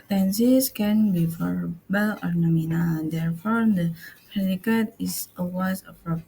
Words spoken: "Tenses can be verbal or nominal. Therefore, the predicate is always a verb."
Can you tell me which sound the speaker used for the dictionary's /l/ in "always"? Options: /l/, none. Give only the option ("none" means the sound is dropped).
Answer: none